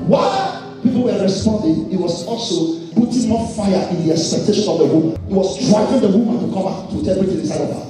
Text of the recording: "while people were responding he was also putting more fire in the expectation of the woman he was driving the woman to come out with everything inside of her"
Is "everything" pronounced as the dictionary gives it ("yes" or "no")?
no